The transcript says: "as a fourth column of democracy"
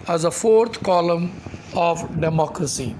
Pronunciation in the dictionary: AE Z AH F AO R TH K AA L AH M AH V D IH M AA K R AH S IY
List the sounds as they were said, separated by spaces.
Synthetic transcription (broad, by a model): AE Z AH F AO R T K AA L AH M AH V D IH M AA K R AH S IY